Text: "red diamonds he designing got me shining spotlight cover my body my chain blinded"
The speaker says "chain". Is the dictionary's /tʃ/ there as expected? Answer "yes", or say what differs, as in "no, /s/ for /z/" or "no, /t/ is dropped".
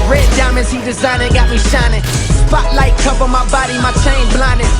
yes